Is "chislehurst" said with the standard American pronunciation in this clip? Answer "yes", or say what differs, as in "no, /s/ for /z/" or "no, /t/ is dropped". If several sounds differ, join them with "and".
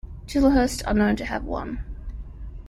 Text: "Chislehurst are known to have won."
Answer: no, /l/ is dropped